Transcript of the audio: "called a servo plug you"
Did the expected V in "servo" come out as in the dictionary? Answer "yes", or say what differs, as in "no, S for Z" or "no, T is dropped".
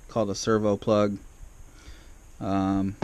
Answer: yes